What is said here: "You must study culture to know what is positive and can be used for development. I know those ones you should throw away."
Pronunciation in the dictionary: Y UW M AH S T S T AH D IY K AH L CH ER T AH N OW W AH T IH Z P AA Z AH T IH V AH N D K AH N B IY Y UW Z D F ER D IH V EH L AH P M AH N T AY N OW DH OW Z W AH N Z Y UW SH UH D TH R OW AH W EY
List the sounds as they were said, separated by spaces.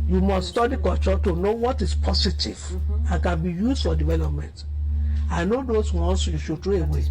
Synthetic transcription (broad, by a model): Y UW M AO S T S T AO D IY K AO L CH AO T AH N OW W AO T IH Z P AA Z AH T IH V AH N K AH N B IY Y UW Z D F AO D IH V EH L AH P M AH N T AY N OW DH OW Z W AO N S Y UW SH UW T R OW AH W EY